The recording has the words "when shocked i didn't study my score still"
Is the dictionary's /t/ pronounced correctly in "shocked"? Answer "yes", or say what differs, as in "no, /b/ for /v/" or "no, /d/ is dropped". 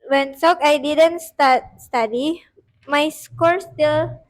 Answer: no, /t/ is dropped